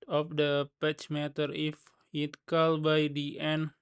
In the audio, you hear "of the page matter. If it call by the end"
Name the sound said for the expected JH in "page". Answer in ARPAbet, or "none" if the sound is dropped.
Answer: CH